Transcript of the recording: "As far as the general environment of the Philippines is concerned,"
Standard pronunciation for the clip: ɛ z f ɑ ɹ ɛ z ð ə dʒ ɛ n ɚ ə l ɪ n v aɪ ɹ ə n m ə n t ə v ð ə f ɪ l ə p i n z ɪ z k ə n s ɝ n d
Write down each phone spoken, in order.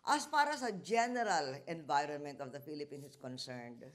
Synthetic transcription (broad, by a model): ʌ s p ɑ ɹ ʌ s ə dʒ ɛ n ɚ ə l ɪ n v aɪ ɹ ə n m ə n t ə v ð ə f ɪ l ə p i n s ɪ s k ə n s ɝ n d